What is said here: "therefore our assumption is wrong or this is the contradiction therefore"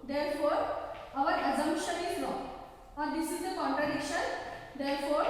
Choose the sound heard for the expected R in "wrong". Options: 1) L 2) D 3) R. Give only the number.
1